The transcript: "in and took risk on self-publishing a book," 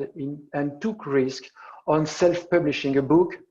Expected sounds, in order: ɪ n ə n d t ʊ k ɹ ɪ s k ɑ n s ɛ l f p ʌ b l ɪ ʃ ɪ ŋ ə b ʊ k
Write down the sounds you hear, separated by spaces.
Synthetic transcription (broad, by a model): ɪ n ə n t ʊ k ɹ ɪ s k ɑ n s ɛ l f p ʌ b l ɪ ʃ ɪ ŋ ə b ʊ k